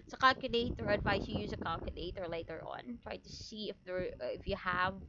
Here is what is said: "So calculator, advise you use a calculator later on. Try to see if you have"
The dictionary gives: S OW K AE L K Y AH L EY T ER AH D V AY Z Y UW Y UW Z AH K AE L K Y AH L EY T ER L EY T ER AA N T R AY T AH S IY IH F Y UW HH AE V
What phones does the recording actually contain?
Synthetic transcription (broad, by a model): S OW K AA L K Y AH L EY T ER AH D V AY S Y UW Y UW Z AH K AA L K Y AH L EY T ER L EY T ER AA N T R AY T AH S IY IH F Y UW HH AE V